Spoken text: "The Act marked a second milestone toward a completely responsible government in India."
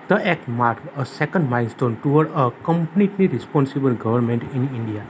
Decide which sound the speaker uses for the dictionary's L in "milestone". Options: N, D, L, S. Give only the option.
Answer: N